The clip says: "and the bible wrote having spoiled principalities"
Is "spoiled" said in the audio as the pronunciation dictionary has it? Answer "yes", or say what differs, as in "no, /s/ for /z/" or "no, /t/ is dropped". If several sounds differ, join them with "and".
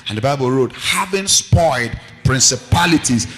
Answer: no, /l/ is dropped